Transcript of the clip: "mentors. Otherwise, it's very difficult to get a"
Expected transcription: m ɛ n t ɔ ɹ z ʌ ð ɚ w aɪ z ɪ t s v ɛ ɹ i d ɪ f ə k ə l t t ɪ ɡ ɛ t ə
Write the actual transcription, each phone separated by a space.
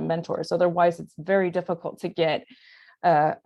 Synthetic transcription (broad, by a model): m ɛ n t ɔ ɹ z ʌ ð ɚ w aɪ z ɪ t s v ɛ ɹ i d ɪ f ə k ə l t t ɪ ɡ ɛ t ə